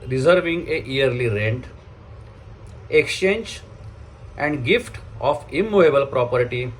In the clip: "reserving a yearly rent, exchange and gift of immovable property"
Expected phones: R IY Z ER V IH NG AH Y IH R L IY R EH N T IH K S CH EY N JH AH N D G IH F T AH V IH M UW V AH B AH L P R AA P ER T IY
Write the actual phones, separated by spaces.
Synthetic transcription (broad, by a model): R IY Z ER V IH NG AH Y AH R L IY R EH N T IH K S CH EY N JH AH N D G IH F T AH F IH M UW AH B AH L P R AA P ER T IY